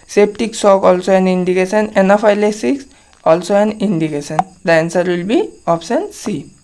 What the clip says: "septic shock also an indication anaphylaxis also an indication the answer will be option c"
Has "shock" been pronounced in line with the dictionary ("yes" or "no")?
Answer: no